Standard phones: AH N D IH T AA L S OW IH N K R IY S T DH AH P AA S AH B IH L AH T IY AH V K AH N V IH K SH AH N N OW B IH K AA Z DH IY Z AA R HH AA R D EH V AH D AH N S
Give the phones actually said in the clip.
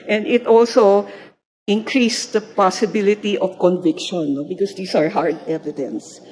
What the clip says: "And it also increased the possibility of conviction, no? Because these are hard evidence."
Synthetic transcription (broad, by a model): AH N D IH T AA L S OW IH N K R IY S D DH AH P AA S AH B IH L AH T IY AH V K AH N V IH K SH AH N N OW B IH K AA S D IY S AA R HH AA R D EH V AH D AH N S